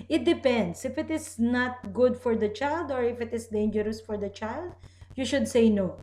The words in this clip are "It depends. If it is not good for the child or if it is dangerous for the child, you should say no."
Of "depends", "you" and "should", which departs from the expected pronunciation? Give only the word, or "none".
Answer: depends